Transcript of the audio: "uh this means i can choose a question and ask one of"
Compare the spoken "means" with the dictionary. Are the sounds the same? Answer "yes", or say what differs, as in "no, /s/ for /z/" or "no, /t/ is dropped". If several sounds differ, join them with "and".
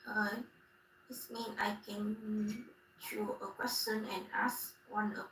no, /z/ is dropped